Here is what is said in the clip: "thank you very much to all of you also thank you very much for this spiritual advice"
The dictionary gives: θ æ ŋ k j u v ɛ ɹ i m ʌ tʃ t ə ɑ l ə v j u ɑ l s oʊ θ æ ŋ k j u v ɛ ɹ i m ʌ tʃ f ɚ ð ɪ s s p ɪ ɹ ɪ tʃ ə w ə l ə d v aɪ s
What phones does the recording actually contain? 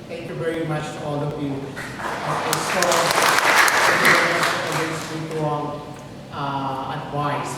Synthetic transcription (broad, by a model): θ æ ŋ k j u v ɛ ɹ i m ʌ tʃ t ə ɑ l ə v j u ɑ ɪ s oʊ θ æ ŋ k j u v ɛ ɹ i m ʌ tʃ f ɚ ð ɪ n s ɪ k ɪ ə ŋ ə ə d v aɪ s